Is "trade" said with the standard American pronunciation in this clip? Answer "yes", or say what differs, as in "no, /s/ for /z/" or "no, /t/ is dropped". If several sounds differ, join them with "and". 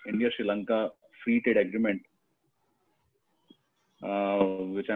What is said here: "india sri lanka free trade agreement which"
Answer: no, /ɹ/ is dropped